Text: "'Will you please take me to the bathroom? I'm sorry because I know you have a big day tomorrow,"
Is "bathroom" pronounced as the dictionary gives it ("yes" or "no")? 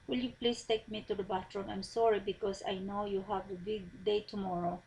no